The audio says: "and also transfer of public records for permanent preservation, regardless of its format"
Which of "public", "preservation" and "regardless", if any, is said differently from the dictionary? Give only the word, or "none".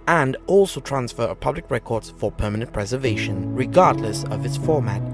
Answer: none